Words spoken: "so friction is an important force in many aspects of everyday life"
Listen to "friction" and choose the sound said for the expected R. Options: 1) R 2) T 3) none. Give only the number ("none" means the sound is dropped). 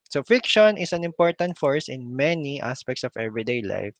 3